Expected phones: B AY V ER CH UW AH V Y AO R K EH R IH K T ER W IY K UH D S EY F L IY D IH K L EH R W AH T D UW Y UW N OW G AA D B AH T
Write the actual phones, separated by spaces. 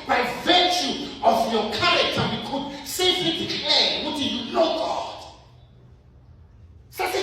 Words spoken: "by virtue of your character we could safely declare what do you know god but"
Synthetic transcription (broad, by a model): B AY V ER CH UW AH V Y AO K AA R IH K T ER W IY K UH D S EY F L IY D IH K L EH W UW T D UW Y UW L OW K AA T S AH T